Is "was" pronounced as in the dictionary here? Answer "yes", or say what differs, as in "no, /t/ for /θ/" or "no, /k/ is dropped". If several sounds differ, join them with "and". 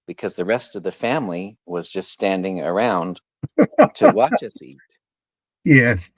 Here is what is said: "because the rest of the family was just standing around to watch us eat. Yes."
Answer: yes